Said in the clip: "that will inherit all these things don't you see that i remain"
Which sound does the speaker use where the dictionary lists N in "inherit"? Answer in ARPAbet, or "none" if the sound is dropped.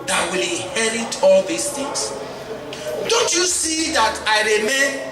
none